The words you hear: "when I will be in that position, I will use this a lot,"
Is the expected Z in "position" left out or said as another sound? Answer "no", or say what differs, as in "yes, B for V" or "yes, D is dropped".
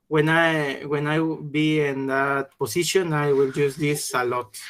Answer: yes, S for Z